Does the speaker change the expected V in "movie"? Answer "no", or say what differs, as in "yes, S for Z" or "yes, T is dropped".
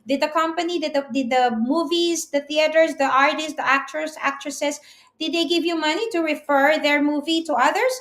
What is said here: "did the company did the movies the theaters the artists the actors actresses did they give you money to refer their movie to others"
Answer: no